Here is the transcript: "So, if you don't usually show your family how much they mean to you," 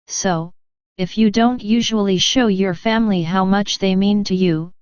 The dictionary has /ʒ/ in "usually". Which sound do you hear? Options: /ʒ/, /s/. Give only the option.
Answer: /ʒ/